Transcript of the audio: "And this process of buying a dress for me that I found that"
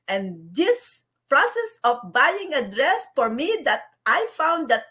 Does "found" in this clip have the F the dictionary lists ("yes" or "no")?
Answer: yes